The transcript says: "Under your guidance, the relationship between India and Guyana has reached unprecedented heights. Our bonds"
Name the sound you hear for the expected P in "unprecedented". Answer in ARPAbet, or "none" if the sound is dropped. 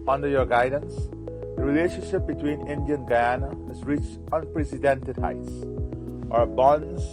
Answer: P